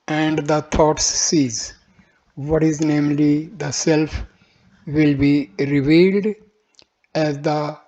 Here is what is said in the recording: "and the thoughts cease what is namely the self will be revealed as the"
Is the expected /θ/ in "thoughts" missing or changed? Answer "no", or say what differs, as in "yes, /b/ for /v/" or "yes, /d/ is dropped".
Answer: yes, /t/ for /θ/